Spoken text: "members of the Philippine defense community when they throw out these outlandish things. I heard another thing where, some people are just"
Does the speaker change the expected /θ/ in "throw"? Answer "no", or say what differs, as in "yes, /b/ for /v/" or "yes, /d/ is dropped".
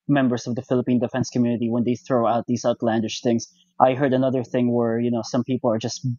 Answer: no